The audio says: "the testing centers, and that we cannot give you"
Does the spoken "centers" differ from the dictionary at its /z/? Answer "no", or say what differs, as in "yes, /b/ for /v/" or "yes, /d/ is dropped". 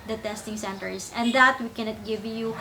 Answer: yes, /s/ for /z/